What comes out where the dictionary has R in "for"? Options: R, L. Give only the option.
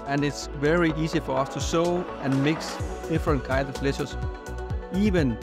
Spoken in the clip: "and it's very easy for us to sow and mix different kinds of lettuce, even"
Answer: R